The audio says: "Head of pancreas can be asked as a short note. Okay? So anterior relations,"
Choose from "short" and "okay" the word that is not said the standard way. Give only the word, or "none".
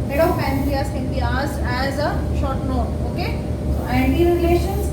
none